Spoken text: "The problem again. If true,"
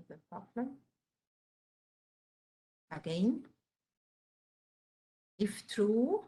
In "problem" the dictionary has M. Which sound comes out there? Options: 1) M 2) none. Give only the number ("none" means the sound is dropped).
2